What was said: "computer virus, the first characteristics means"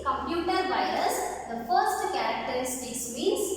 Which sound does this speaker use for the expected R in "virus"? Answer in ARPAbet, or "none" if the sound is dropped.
none